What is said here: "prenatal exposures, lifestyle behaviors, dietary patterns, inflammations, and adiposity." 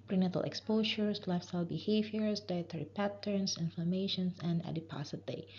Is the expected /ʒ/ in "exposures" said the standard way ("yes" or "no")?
no